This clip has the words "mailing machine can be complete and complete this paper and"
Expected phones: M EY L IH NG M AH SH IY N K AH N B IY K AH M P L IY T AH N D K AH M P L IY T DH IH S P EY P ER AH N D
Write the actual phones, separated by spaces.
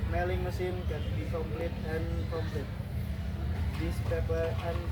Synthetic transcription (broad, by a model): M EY L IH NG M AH S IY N K AH N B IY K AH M L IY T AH N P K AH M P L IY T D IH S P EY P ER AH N